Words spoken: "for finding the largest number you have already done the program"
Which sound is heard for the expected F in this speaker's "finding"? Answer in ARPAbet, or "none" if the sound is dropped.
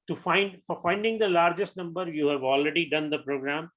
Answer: F